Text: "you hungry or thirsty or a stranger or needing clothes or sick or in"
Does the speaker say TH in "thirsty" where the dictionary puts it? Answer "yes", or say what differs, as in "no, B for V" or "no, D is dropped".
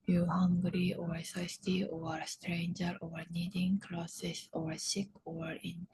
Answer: no, S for TH